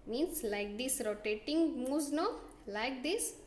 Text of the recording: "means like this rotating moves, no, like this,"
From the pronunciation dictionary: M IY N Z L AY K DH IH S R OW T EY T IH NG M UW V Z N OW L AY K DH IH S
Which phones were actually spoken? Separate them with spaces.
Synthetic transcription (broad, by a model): M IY N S L AY K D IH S R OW T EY T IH NG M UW Z N OW L AY K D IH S